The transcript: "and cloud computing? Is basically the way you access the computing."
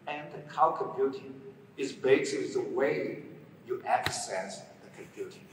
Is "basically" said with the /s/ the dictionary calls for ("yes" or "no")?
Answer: no